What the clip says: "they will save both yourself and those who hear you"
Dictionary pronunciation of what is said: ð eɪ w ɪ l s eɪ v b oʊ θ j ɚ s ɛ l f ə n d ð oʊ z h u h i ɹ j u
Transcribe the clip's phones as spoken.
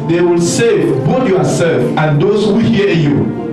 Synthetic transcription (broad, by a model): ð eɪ w ɪ l s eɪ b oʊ t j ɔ s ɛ l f ə n d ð oʊ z h u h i j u